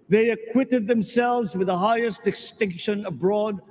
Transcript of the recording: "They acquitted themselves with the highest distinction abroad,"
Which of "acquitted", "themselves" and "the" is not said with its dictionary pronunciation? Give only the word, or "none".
none